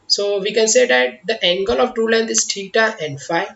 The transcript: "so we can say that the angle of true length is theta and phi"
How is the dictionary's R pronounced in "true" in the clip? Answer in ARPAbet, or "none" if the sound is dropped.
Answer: none